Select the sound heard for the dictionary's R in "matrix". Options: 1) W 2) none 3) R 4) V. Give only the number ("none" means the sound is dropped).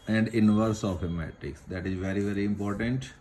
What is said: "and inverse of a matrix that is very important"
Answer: 2